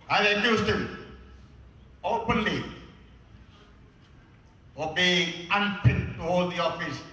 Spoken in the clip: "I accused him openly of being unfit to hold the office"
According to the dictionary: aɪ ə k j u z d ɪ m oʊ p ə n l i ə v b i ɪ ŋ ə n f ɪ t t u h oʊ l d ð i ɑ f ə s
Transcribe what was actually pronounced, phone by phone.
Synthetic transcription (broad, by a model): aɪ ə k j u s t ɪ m oʊ p ə n l i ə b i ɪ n p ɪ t t u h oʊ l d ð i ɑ f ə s